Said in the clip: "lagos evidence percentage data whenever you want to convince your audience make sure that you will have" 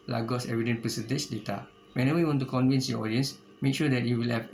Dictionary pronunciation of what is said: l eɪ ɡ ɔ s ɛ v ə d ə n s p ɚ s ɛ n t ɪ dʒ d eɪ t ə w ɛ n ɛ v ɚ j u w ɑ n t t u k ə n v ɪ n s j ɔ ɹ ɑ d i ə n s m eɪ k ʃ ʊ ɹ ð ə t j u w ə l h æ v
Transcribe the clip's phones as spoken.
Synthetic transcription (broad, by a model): l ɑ ɡ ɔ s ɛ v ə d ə n p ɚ s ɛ n t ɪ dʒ d eɪ t ə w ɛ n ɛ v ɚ j u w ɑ n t t u k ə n v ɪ n s j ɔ ɑ d i ə n s m eɪ k ʃ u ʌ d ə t j u w ə l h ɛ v